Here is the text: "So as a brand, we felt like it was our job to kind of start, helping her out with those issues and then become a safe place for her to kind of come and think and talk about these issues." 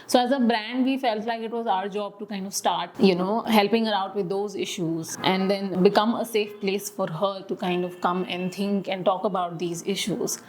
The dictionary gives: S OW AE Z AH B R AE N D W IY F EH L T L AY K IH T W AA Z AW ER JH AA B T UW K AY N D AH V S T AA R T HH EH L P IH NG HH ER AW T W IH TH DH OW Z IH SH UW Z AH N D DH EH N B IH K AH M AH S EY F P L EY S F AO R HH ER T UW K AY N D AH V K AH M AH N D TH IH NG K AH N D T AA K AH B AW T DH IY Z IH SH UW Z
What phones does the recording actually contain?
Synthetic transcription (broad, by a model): S OW AE Z AH B R AE N D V IY F EH L T L AY K IH T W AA Z AW ER JH AA B T UW K AY N D AH V S T AA R T HH EH L P IH NG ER AW T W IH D OW Z IH SH UW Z AH N D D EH N B IH K AH M AH S EY F P L EY S F AO R HH ER T UW K AY N D AH V K AH M AH N D T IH NG K AH N D T AA K AH B AW T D IY Z IH SH UW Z